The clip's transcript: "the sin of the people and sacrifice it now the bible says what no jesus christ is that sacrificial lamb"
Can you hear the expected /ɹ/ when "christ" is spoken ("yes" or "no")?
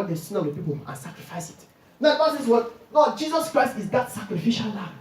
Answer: yes